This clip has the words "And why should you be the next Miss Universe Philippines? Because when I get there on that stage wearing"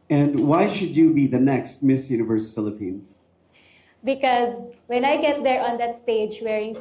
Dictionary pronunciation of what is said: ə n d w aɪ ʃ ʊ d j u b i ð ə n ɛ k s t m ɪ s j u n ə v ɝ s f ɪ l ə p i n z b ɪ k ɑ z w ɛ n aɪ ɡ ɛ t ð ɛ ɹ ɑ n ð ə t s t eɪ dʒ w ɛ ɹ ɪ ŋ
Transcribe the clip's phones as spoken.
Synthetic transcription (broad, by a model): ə n d w aɪ ʃ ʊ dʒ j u b i ð ə n ɛ k s t m ɪ s j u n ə v ɝ s f ɪ l ə p i n z b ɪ k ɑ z w ɛ n aɪ ɡ ɛ t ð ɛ ɹ ɑ n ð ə t s t eɪ dʒ w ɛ ɹ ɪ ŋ